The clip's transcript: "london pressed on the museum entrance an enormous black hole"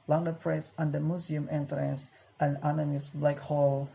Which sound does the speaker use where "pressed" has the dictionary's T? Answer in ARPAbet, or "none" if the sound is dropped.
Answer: none